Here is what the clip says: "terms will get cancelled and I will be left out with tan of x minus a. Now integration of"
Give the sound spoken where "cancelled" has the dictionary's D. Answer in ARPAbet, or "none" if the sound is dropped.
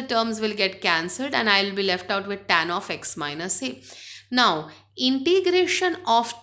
D